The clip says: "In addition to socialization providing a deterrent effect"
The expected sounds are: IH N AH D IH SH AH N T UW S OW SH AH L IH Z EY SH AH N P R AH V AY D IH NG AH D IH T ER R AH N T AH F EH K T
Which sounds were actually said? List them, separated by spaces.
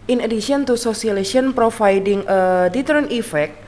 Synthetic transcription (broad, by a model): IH N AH D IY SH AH N T UW S OW S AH IH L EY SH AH N P R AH F AY D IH NG AH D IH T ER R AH N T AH F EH K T